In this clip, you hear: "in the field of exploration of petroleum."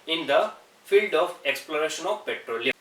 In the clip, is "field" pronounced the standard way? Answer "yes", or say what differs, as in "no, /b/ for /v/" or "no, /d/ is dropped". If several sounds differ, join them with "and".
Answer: yes